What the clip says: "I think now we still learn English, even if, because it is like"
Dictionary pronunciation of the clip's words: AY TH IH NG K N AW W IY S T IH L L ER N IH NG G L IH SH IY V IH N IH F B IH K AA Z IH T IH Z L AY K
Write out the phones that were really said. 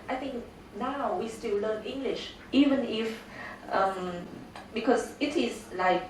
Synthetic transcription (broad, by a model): AY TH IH NG K N AW W IY S T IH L L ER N IH NG G L IH SH IY V IH N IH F B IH K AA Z IH T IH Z L AY K